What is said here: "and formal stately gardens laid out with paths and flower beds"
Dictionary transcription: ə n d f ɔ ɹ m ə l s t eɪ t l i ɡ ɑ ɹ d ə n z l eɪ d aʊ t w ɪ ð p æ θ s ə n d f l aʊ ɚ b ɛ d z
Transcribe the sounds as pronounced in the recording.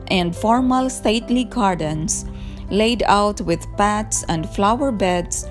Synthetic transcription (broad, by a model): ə n d f ɔ ɹ m ə l s t eɪ t l i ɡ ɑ ɹ d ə n s l eɪ d aʊ t w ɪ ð p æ t s ə n d f l aʊ ɚ b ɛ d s